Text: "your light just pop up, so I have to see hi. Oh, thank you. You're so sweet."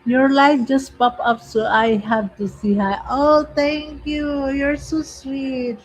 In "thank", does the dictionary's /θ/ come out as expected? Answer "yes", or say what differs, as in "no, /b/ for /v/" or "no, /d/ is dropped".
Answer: no, /t/ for /θ/